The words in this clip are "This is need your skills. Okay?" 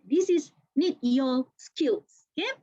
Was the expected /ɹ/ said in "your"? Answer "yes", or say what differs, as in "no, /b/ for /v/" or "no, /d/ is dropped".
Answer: no, /l/ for /ɹ/